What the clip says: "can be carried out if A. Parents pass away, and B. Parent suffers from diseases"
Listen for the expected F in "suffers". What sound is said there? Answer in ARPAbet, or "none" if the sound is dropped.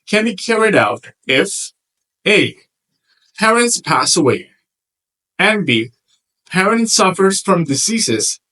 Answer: F